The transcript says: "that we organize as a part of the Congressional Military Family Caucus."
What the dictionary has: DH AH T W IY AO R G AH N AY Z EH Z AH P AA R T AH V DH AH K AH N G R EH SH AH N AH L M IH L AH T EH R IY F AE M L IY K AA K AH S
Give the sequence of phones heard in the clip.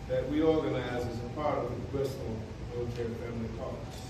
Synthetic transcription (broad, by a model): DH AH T W IY AO R G AH N AY Z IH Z AH P AA R T AH V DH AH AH G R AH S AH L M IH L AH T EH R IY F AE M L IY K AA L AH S